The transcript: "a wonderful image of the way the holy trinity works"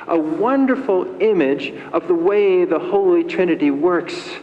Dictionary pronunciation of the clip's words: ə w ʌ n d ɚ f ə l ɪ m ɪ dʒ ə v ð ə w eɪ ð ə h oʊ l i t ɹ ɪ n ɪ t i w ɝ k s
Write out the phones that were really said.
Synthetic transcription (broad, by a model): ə w ʌ n d ɚ f l ɪ m ɪ dʒ ə v ð ə w eɪ ð ə h oʊ l i t ɹ ɪ n ɪ t i w ɝ k s